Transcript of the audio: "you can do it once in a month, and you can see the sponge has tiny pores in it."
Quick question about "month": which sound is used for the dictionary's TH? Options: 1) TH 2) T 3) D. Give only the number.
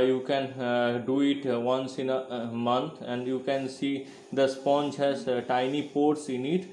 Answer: 2